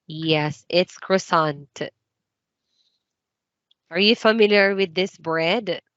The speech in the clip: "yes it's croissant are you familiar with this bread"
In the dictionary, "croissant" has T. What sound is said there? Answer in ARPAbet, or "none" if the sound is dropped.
T